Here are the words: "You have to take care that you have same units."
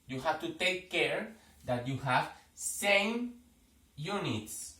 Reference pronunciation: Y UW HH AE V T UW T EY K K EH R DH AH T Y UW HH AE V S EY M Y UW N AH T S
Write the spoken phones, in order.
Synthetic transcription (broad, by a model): Y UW HH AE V T UW T EY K K EH R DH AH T Y UW HH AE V S EY M Y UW N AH T S